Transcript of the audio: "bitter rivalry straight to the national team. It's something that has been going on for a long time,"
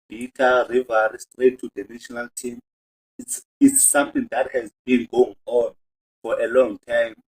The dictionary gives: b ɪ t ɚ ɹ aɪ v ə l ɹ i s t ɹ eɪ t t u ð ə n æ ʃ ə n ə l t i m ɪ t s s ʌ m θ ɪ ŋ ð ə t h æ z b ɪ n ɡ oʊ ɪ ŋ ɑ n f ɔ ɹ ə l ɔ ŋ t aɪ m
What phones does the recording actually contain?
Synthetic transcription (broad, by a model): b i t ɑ ɹ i v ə ɹ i s t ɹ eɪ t t u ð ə n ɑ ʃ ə n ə l t i m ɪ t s s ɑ m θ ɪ ŋ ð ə t h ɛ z b ɪ n ɡ oʊ ɪ ŋ ɑ n f ɔ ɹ ə l ɔ ŋ t aɪ m